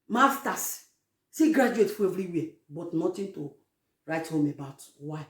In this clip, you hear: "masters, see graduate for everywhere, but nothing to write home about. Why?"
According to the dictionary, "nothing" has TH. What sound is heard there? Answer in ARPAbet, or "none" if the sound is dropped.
T